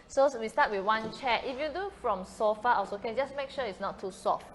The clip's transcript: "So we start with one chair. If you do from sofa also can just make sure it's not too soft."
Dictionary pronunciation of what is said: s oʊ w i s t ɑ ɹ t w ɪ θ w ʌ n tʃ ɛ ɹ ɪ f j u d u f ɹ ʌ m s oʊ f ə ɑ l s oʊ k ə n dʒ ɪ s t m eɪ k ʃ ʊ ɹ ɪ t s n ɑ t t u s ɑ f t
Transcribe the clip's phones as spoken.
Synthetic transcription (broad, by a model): s oʊ w i s t ɑ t w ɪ w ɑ n tʃ ɛ ɪ f j u d u f ɹ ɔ m s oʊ f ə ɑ s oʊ k ə n dʒ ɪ s m eɪ k ʃ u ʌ ɪ t s n ɑ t t u s ɑ f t